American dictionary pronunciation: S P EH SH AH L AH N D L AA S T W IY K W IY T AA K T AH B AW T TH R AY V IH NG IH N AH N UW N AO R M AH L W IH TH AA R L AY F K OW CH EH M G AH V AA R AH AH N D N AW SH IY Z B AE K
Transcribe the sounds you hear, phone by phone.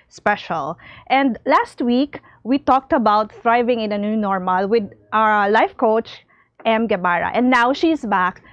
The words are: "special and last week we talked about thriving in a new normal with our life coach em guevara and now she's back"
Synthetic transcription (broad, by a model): S P EH SH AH L AH N D L AA S T W IY K W IY T AA K T AH B AW T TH R AY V IH NG IH N AH N UW N AO R M AH L W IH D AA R L AY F K OW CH EH M G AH B AA R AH AH N D N AW SH IY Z B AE K